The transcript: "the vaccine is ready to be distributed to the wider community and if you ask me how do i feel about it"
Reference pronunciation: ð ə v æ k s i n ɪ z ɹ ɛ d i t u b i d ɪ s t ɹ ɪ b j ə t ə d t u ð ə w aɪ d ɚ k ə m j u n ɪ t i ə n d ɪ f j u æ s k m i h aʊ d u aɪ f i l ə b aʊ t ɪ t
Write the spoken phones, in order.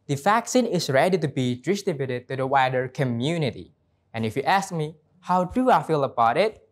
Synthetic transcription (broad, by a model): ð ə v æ k s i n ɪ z ɹ ɛ d i t u b i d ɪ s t ɪ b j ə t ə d t u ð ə w aɪ d ɚ k ə m j u n ɪ t i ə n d ɪ f j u æ s k m i h aʊ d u aɪ f i l ə b aʊ t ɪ t